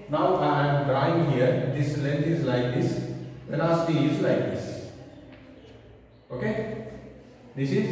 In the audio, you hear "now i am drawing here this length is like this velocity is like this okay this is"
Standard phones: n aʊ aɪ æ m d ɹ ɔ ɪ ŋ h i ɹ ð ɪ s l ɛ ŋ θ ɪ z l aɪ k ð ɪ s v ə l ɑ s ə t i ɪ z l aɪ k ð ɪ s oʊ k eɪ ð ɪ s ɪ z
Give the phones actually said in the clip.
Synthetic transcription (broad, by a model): n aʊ aɪ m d ɹ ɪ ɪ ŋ h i ɹ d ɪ s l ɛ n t ɪ z l aɪ k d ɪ s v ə n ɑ s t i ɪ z l aɪ k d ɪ s oʊ k eɪ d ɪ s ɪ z